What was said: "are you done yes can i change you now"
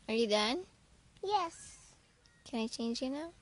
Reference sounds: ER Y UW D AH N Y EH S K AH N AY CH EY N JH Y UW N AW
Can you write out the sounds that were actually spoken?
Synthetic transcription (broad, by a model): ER Y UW D AH N Y EH S K AH N AY CH EY N JH Y UW N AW